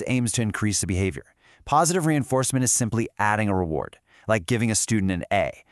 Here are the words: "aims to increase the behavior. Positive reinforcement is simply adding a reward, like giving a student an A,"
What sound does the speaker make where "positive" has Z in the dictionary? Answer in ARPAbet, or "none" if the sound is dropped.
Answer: Z